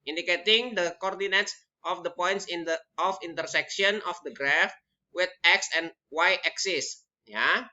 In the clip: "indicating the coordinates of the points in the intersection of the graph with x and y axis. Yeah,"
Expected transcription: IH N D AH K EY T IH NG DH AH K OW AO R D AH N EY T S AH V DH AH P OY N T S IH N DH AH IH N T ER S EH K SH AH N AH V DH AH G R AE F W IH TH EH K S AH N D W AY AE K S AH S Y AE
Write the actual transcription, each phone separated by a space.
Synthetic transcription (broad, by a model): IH N D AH K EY T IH NG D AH K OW AO R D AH N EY T S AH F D AH P OY N T S IH N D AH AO N T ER S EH K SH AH N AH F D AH G R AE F W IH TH EH K S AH N W AY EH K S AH S Y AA